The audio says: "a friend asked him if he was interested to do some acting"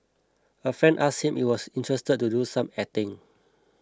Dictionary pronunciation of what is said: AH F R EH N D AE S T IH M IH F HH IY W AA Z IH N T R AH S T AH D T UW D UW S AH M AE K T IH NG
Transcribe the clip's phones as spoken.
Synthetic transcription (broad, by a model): AH F R EH N D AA S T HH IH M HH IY W AA S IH N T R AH S T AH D T UW D UW S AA M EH T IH NG